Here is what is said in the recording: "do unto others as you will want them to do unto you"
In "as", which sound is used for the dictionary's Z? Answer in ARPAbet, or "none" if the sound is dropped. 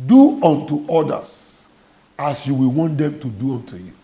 S